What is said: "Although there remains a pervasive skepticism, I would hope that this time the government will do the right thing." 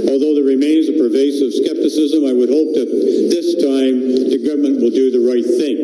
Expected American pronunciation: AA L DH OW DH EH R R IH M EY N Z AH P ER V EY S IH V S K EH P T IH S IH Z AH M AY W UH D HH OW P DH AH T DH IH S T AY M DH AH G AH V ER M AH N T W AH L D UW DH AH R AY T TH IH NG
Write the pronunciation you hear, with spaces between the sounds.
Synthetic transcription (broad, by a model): AA L DH OW DH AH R R IH M EY N Z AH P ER V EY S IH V S K EH P T IH S IH Z AH M AY W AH D HH OW P DH AH T DH IH S T AY M DH AH G AH V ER M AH N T W AH L D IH DH AH R AY T TH IH NG